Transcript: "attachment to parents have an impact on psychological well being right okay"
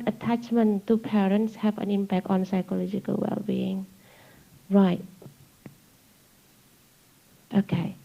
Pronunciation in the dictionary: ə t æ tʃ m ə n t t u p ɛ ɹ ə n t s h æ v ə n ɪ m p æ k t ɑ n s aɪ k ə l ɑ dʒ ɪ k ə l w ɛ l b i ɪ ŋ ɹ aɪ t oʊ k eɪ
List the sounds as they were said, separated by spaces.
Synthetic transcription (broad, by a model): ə t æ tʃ m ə n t t u p ɛ ɹ ə n t s h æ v ə n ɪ m p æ k t ɑ n s aɪ k ə l ɑ dʒ ɪ k ə l w ɛ l b i ɪ ŋ ɹ aɪ t oʊ k eɪ